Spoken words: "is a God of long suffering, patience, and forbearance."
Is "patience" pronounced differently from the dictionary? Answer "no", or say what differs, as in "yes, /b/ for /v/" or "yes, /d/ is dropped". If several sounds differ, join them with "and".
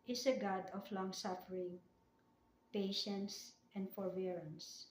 no